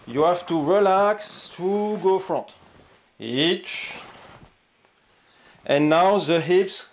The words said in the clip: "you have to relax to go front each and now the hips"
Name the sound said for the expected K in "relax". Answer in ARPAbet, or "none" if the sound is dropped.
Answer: K